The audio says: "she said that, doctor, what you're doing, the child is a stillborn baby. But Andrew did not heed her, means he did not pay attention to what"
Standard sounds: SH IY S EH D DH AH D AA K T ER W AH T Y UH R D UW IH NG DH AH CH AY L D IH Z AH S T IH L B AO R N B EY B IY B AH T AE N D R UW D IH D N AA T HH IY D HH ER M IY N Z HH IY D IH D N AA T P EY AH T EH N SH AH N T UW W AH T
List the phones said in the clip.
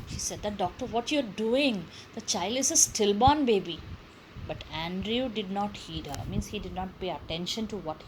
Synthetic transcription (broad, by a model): SH IY S EH D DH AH D AA K T ER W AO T Y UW R D UW IH NG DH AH CH AY L D IH Z AH S T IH L B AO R N B EY B IY B AH T AE N D R UW D IH D N AA T HH IY D HH ER M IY N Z HH IY D IH D N AA T P EY AH T EH N SH AH N T UW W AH T